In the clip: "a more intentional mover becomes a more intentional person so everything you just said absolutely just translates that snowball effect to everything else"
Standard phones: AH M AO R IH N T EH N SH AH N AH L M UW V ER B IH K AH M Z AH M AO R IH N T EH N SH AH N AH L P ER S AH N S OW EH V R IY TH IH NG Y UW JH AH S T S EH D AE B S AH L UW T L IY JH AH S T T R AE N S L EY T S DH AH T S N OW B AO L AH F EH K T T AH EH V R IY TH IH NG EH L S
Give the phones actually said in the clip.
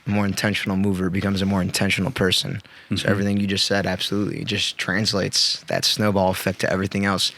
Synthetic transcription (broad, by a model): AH M AO R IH N T EH N SH N L M UW V ER B IH K AH M Z AH M AO R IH N T EH N SH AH N L P ER S AH N S OW EH V R IY TH IH NG Y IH JH AH S T S EH D AE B S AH L UW T L IY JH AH S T T R AE N S L EY T S DH AH T S N OW B AO L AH F EH K T T EH V R IY TH IH NG EH L S